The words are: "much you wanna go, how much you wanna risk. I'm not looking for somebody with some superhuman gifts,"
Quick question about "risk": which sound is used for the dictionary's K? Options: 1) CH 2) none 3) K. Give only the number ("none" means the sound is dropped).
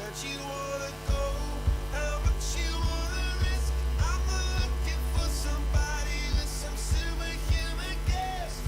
3